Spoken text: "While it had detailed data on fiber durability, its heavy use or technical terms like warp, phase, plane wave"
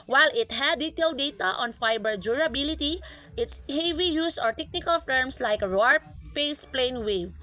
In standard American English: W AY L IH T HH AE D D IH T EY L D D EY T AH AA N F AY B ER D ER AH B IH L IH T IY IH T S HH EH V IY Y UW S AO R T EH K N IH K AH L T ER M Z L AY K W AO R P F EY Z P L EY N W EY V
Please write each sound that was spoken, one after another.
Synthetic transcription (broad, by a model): W AY L IH T HH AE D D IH T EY L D D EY T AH AA N F AY B ER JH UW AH B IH L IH T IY IH T S HH EH V IY Y UW S AO R T EH K N IH K AH L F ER M S L AY K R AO R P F EY S P L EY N W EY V